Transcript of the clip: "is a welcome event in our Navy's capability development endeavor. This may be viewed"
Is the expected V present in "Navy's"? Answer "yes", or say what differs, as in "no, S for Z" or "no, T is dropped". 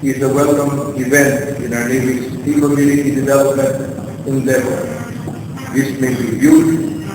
no, V is dropped